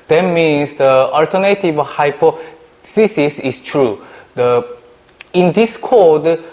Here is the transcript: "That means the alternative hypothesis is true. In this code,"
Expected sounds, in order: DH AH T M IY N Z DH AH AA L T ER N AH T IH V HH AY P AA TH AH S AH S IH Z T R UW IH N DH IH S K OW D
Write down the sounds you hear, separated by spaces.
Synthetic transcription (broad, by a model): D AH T M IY N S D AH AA L T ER N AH T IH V HH AY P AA S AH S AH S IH S T R UW IH N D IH S K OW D